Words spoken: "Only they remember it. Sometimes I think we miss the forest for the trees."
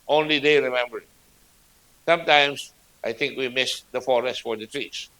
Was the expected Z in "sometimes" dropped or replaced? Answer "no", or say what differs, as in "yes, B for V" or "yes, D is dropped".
yes, S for Z